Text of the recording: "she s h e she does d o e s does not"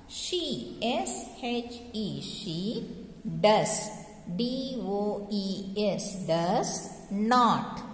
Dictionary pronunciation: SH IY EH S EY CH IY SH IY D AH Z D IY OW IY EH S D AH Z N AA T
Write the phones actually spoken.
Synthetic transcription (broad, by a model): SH IY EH S EY CH IY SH IY D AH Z D IY OW IY EH S D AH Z N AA T